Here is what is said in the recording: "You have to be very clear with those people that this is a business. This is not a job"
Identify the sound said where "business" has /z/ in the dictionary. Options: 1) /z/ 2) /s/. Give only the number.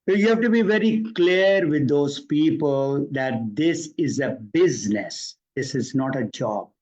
1